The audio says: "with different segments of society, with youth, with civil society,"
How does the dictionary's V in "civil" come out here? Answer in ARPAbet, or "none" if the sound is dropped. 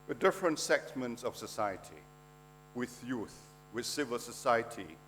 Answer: V